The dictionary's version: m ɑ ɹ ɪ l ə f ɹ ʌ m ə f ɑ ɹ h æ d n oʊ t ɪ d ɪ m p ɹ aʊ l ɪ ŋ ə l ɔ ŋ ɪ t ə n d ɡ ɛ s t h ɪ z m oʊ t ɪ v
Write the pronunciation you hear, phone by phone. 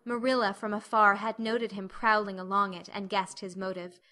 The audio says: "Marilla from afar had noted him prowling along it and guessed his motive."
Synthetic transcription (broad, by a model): m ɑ ɹ ɪ l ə f ɹ ʌ m ə f ɑ ɹ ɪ d n oʊ t ɪ d ɪ m p ɹ aʊ l ɪ ŋ ə l ɔ ŋ ɪ t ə n ɡ ɛ s t h ɪ z m oʊ t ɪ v